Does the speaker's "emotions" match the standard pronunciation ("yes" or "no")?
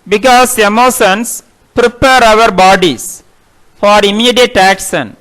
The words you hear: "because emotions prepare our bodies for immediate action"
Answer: no